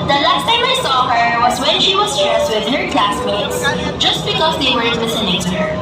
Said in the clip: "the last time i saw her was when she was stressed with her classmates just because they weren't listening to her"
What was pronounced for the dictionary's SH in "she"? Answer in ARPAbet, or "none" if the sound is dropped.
SH